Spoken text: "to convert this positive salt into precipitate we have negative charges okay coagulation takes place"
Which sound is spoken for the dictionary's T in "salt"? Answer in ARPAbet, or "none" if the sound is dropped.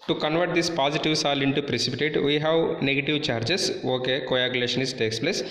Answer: none